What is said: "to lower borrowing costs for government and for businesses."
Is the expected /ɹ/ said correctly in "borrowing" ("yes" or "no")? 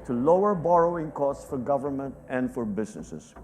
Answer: yes